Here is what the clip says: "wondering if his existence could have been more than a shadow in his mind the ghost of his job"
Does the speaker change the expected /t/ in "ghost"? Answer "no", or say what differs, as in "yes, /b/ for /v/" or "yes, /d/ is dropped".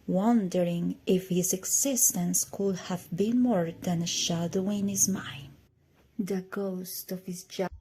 no